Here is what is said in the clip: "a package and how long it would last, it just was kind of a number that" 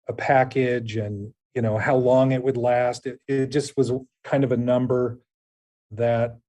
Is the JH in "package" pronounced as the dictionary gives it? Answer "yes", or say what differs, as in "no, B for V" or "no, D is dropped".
yes